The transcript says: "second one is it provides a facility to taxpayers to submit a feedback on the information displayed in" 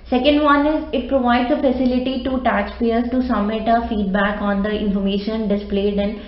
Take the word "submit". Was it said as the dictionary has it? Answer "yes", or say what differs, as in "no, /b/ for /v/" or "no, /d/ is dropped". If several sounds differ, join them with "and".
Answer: no, /b/ is dropped